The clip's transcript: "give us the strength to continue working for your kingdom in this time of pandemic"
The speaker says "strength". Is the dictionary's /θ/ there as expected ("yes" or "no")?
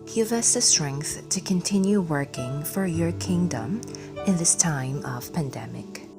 yes